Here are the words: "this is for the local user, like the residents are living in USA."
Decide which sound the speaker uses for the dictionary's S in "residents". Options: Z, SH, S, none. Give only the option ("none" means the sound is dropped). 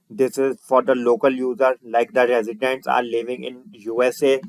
S